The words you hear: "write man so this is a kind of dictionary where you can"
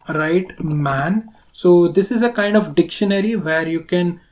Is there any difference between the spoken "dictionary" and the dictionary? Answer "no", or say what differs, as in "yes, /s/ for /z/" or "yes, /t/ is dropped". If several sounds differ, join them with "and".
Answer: no